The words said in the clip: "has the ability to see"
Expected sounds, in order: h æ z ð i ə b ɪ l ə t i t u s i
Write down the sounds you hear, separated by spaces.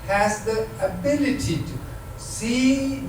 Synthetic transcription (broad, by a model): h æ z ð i ə b ɪ l ə t i t u s i